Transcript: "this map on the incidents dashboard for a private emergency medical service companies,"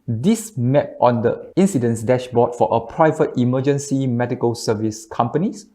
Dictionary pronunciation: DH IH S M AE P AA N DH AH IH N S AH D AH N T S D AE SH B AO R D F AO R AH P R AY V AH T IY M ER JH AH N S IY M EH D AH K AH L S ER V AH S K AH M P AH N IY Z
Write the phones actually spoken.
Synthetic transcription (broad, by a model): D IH S M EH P AA N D AH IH N S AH D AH N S D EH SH B AO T F AO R AH P R AY V AH T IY M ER JH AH N S IY M EH D AH K AH L S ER V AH S K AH M P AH N IY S